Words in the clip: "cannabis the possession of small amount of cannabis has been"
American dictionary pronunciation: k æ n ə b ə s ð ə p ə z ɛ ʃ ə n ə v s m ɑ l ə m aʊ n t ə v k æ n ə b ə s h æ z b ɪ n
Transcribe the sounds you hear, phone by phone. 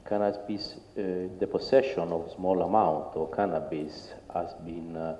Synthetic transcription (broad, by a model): k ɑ n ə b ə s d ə p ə s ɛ ʃ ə n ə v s m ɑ l ə m aʊ n t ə k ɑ n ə b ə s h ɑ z b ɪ n